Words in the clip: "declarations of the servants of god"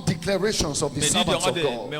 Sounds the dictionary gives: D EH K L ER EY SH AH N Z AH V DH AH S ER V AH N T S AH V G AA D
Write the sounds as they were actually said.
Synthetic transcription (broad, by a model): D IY K L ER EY SH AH N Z AH V DH AH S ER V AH T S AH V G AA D